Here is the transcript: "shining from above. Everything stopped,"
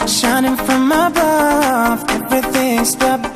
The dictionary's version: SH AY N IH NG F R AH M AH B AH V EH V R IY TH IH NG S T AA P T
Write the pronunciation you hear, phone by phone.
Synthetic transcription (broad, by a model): SH AY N IH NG F R AH M AH B AH V EH V R IY TH IH NG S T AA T